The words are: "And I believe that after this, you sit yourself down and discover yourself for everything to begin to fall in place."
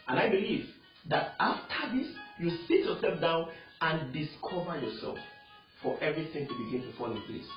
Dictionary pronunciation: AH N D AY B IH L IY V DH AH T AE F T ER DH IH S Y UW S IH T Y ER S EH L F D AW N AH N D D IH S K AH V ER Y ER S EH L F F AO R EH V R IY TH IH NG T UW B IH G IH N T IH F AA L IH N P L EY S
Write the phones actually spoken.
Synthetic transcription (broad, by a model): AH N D AY B IH L IY V DH AH T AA F T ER DH IH S Y UW S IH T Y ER S EH L F D AW N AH N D D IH S K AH V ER Y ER S EH L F F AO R EH V R IY TH IH NG T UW B IH G IH N T IH F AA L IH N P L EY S